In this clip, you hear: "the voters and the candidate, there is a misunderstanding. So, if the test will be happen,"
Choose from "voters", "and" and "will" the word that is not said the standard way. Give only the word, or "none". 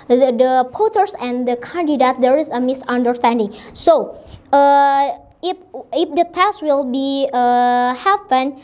voters